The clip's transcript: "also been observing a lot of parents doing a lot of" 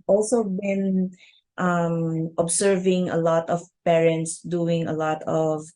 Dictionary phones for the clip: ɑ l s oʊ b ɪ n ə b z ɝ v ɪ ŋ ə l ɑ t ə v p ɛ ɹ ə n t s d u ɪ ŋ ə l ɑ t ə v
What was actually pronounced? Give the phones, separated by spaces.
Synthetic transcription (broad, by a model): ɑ l s oʊ b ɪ n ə b s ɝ v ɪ ŋ ə l ɑ t ə v p ɛ ɹ ə n t s d u ɪ ŋ ə l ɑ t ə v